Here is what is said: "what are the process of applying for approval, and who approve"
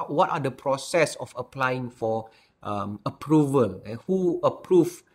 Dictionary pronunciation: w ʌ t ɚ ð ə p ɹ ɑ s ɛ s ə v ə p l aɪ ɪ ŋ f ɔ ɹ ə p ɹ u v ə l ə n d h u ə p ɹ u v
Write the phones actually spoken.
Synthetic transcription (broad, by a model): w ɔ t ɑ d ə p ɹ ɑ s ɛ s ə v ə p l aɪ ɪ ŋ f ɔ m ə p ɹ u v ə l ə h u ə p ɹ u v